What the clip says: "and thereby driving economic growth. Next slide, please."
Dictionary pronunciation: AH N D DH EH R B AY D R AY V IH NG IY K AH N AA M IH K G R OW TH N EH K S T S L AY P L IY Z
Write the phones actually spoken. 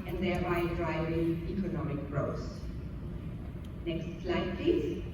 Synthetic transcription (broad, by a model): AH N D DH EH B AY D R AY V IH NG IY K AH N AA M IH K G R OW S N EH K S T S L AY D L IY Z